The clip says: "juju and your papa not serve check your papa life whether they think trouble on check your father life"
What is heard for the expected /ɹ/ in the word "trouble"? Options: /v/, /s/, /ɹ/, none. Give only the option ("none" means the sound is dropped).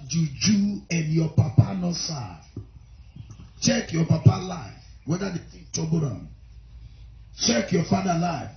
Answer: none